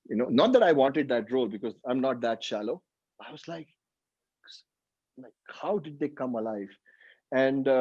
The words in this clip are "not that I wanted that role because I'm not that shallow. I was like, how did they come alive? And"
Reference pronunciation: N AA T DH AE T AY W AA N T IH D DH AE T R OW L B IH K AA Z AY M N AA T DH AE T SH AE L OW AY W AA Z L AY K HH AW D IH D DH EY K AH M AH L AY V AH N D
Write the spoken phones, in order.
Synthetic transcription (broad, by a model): N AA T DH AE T AY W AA N T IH D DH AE T R OW L B IH K AA Z AY M N AA T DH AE T SH AE L OW AY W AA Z L AY K HH AW D IH D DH EY K AH M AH L AY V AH N D